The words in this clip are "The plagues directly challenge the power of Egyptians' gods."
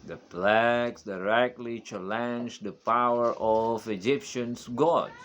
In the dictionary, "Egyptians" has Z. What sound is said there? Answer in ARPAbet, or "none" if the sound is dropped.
S